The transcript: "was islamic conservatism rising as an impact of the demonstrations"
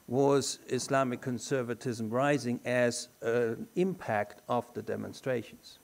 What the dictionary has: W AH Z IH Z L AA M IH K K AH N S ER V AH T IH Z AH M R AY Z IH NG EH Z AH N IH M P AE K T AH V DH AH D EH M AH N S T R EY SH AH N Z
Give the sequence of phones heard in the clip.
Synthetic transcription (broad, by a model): W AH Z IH S L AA M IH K K AH N S ER V AH T IH Z AH M R AY Z IH NG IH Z AH N IH M P AE K T AH V DH AH D EH M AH N S T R EY SH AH N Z